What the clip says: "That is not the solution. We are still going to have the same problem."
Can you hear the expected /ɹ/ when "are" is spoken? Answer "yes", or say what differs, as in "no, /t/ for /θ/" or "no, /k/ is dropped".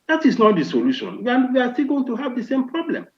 no, /w/ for /ɹ/